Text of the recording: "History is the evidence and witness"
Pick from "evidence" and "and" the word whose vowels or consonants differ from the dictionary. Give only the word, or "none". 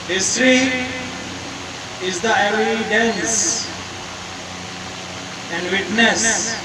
evidence